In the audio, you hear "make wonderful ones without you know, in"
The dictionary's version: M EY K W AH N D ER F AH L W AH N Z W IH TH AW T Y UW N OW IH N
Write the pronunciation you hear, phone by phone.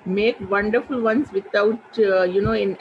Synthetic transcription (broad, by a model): M EY K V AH N D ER F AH L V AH N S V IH T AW T Y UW N OW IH N